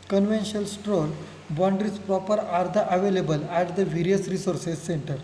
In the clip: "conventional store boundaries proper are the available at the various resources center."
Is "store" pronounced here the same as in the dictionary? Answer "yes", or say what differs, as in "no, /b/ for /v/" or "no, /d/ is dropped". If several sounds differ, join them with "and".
no, /l/ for /ɹ/